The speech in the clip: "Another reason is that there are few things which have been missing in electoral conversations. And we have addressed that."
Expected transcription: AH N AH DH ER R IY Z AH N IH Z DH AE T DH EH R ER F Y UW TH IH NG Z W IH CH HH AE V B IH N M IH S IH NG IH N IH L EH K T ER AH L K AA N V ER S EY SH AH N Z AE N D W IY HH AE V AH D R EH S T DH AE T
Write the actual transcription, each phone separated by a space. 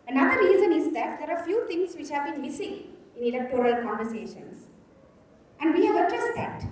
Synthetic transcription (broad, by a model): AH N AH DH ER R IY Z AH N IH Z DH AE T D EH R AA F Y UW T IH NG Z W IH CH HH AE V B IH N M IH S IH NG IH N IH L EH K T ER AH L K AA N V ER S EY SH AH N S AE N D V IY HH AE V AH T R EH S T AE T